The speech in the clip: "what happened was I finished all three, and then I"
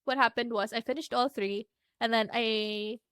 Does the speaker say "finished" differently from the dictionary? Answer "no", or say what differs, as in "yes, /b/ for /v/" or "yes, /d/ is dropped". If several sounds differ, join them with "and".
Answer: no